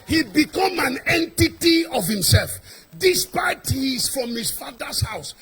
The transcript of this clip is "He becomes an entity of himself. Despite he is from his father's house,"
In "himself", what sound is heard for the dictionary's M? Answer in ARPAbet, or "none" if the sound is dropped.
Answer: M